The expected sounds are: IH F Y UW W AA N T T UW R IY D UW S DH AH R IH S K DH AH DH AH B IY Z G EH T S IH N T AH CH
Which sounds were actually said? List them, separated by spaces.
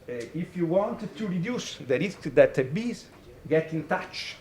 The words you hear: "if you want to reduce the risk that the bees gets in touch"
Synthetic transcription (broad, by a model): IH F Y UW W AA N T T UW R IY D UW S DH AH R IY S K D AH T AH B IY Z G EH T IH N T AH CH